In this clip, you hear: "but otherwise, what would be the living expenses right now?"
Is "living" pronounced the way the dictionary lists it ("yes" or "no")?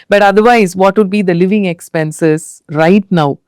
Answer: yes